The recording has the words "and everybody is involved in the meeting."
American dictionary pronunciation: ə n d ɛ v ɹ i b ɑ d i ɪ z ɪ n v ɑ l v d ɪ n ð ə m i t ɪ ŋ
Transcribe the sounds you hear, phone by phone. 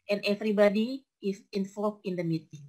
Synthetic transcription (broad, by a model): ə n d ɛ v ɹ i b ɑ d i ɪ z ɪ n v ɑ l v ɪ n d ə m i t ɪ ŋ